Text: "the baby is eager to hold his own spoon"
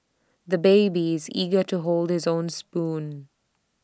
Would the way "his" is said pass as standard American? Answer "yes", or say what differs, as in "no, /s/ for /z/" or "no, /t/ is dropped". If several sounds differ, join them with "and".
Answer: yes